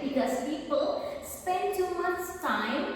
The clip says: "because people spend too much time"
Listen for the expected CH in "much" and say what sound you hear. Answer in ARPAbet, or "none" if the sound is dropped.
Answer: S